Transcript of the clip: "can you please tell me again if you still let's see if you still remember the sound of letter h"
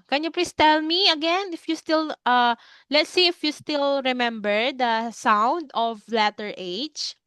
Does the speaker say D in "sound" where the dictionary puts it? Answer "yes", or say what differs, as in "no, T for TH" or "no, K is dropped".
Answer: yes